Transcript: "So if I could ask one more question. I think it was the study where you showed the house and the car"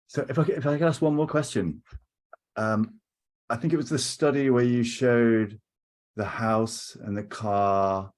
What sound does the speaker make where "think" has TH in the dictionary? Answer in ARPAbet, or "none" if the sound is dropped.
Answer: TH